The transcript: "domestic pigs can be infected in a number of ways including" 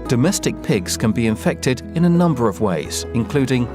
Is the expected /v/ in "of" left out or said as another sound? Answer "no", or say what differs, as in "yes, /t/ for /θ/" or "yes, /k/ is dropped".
no